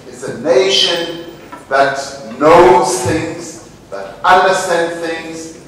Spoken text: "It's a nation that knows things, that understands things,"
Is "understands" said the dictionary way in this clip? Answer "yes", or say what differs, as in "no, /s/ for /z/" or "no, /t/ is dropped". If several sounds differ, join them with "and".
no, /z/ is dropped